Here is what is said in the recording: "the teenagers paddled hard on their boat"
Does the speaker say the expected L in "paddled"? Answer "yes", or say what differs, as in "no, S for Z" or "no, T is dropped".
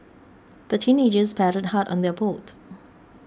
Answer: no, L is dropped